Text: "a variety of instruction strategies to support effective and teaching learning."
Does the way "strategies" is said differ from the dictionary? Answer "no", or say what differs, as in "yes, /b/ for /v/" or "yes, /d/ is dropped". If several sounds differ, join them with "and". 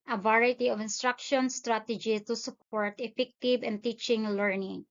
yes, /z/ is dropped